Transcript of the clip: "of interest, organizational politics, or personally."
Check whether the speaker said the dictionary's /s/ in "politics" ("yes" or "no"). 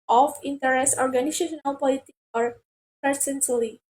no